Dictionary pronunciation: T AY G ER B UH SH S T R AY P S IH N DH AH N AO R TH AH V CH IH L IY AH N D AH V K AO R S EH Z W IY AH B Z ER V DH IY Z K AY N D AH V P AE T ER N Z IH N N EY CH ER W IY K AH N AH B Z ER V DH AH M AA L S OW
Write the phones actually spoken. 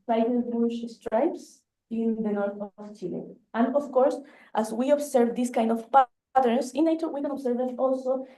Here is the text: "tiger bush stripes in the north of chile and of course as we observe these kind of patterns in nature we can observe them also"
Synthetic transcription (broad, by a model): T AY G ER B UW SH S T R AY P S IH N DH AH N AO R TH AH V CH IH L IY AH N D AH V K AO R S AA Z W IY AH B S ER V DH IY S K AY N D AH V P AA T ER N S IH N N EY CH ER W IY K AH N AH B S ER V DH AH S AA L S OW